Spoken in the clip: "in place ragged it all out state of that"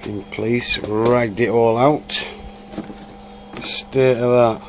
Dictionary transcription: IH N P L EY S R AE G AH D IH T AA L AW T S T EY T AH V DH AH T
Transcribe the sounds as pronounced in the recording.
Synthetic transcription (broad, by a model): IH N P L EY S R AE G D IH T AA L AW T S T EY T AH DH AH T